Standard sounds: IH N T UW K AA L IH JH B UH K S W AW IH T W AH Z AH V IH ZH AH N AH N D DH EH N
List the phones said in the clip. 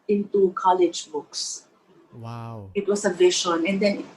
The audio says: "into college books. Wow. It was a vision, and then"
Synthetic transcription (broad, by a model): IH N T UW K AA L IH JH B UH K S IH T W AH S AH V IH SH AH N AH N D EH N